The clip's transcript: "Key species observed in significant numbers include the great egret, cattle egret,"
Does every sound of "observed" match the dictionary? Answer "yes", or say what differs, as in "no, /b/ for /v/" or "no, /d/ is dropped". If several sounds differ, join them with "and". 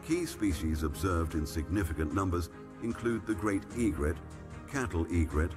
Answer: yes